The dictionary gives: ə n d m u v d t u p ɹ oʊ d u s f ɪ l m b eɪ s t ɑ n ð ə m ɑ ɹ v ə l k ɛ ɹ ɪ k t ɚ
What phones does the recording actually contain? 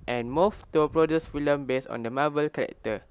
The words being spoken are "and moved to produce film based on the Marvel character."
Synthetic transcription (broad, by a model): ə n m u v t u p ɹ oʊ d u s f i l m b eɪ s ɑ n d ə m ɑ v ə l k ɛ ɹ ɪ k t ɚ